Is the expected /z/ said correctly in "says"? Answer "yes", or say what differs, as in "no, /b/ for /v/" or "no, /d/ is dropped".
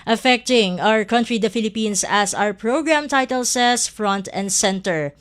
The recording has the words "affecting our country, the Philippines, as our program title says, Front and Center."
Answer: no, /s/ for /z/